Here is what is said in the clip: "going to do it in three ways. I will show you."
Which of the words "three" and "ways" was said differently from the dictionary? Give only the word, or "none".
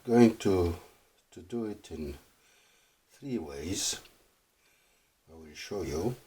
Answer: none